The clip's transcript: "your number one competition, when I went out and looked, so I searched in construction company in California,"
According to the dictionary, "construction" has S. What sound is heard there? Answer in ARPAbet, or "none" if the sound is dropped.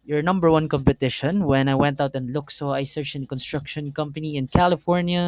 S